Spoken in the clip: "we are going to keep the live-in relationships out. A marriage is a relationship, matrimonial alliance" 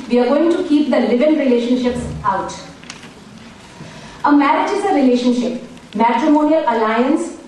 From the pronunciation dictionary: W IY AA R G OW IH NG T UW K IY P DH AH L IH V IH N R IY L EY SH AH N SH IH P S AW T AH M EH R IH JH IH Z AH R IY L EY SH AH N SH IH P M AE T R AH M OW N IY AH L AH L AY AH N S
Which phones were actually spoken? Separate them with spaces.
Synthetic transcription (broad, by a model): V IY AA R G OW IH NG T UW K IY P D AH L IH V IH N R IY L EY SH AH N SH IH P S AW T AH M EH R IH JH IH Z AH R IY L EY SH AH N SH IH P M AE T R AH M OW N IY AH L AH L AY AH N S